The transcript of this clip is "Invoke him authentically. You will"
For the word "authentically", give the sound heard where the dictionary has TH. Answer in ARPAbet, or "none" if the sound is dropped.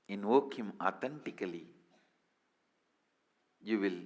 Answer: T